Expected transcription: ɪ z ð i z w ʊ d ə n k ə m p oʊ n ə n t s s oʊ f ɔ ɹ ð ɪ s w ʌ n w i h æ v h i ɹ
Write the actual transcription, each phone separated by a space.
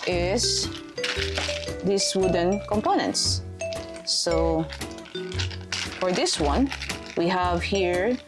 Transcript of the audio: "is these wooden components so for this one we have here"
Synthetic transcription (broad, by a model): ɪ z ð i s w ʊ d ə n k ə m p oʊ n ə n t s s oʊ f ɔ ɹ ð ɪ s w ʌ n w i h æ v h i ɹ